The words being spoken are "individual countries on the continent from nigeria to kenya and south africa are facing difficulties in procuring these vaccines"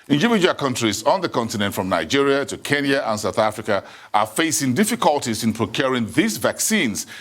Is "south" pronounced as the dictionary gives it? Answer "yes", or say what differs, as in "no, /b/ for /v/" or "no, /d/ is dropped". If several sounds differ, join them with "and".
yes